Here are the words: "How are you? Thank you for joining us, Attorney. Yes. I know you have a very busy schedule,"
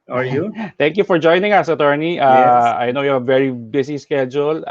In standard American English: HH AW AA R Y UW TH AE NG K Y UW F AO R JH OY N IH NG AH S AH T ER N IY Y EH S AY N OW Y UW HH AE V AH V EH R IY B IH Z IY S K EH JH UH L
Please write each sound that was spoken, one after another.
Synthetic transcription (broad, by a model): AA R Y UW T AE NG K Y UW F AO R JH OY N IH NG AH S AH T ER N IY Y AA AY N OW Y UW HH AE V AH V EH R IY B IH S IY S K EH JH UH L